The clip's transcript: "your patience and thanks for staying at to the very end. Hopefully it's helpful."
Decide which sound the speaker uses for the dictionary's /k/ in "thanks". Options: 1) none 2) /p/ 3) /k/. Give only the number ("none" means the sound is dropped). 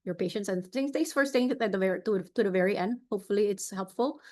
1